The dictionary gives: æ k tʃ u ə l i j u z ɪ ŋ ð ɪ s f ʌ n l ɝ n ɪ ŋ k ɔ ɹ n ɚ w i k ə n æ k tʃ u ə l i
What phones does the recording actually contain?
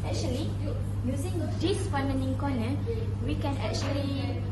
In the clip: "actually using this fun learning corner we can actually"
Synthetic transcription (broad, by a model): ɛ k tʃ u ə l i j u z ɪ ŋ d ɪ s p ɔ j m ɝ n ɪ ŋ k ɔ n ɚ w i k ə n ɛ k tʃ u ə l i